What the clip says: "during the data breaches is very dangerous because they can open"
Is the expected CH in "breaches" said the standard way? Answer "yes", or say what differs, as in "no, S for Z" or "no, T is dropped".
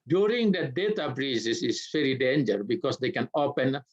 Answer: no, S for CH